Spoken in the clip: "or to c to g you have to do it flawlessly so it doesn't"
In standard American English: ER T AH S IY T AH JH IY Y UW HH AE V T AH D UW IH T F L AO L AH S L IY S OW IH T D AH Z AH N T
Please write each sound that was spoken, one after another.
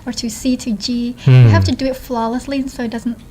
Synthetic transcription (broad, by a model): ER T AH S IY T AH JH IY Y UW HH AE F T AH D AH IH T F L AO L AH S L IY S OW IH T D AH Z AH N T